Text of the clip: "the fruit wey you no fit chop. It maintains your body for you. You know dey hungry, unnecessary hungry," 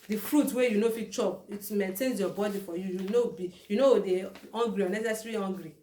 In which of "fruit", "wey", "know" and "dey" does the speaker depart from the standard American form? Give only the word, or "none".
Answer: none